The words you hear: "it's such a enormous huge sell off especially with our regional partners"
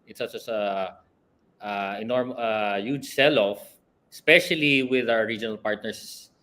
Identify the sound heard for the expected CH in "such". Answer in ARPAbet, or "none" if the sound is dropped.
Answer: S